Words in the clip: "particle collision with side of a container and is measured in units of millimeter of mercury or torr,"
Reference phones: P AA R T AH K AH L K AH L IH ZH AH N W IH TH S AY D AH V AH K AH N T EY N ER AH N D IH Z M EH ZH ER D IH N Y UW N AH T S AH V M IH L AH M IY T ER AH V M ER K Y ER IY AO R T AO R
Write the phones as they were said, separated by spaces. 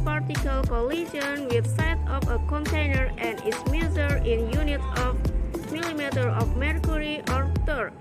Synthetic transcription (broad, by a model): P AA R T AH K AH L K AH L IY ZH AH N W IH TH S AY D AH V AH K AH N T EY N ER AH N D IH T M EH Z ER IH N Y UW N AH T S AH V M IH L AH M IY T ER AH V M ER K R IY AO R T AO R